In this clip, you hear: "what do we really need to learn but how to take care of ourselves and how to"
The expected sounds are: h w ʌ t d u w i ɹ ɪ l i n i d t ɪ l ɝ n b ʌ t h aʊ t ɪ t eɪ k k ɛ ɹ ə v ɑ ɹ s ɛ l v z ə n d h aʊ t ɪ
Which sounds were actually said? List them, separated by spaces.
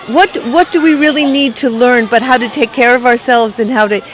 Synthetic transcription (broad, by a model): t w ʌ t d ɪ w i ɹ ɪ l i n i d t ɪ l ɝ n b ʌ t h aʊ t ɪ t eɪ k k ɛ ɹ ə v ɑ ɹ s ɛ l v z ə n h aʊ t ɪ